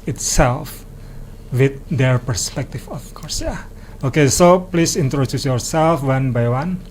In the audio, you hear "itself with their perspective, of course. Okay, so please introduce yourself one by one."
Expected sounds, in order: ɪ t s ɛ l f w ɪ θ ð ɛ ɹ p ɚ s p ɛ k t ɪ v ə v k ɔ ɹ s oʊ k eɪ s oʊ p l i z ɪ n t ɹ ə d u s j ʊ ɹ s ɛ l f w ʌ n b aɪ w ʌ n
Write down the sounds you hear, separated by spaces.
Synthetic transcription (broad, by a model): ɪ t s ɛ l f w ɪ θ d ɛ ɹ p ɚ s p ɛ k t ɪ f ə f k ɔ ɹ s oʊ k eɪ s oʊ p l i s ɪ n t ɹ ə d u s j ʊ ɹ s ɛ l f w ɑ n b aɪ w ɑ n